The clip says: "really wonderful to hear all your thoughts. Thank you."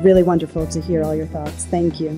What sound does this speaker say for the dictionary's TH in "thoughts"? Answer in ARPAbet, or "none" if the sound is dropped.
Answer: TH